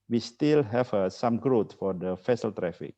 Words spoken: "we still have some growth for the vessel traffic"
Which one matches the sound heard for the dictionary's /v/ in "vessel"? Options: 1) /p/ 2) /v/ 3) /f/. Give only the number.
3